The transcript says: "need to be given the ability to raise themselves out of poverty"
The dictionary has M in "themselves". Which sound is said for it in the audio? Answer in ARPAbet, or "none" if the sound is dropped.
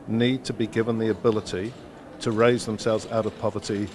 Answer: M